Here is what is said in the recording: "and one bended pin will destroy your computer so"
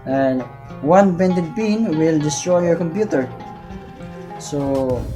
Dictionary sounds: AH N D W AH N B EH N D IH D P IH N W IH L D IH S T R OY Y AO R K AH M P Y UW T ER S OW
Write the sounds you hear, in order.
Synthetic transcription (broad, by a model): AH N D W AH N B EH N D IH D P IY N W IH L D IH S T R OY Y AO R K AH M P Y UW T ER S OW